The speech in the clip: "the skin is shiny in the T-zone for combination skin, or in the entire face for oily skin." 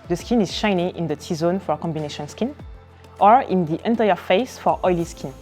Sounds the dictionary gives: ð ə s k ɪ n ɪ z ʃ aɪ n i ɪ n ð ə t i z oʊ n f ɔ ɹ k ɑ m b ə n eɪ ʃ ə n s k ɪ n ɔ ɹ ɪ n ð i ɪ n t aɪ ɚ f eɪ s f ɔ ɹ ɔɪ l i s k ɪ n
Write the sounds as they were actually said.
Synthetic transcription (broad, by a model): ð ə s k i n ɪ z ʃ aɪ n i ɪ n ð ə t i z oʊ n f ɔ ɹ k ɑ m b ə n eɪ ʃ ə n s k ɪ n ɔ ɹ ɪ n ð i ɪ n t aɪ ɚ f eɪ s f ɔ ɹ ɔɪ l i s k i n